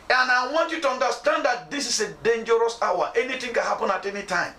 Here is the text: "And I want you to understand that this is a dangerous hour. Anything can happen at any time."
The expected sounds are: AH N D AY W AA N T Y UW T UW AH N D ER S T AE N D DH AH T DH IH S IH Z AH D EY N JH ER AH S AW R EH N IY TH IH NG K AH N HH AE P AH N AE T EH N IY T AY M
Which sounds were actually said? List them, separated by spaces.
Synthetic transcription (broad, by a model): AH N AY W AA N T Y UW T UW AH N D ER S T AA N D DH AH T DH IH S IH S AH D EY N JH ER AH S AW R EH N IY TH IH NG K AH N HH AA P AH N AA T EH N IY T AY M